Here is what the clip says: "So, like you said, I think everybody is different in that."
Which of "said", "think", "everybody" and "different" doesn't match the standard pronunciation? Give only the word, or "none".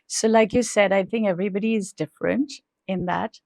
none